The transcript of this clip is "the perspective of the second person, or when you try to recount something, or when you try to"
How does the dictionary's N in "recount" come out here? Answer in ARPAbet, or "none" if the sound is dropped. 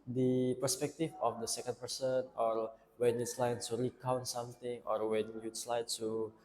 N